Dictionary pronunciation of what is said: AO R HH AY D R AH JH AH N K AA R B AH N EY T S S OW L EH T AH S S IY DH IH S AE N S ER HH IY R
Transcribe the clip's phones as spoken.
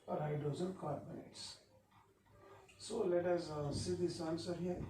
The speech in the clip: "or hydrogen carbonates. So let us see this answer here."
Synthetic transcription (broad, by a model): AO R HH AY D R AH Z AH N K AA R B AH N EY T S S OW L EH T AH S S IY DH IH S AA N S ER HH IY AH